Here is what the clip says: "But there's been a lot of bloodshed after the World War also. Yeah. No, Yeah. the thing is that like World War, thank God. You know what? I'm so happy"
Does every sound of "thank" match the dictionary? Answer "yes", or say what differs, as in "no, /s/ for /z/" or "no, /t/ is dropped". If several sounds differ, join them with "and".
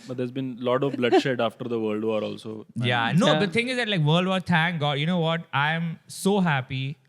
no, /t/ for /θ/